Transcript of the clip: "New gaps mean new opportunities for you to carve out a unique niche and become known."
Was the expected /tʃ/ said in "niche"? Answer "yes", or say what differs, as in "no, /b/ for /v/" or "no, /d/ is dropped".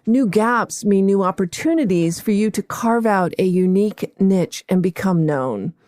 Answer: yes